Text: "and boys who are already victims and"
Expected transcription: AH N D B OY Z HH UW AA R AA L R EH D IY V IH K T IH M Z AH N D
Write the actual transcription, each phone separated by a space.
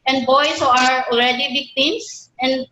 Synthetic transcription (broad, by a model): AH N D B OY S HH UW AA R AA L R EH D IY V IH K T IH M S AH N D